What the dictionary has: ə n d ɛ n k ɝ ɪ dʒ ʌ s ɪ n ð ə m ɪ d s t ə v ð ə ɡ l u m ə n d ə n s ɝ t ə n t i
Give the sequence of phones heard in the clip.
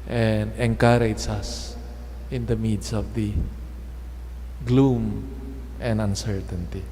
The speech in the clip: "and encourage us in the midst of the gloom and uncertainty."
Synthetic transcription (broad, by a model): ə n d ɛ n k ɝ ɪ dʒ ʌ s ɪ n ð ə m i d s ə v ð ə ɡ l u m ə n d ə n s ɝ t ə n t i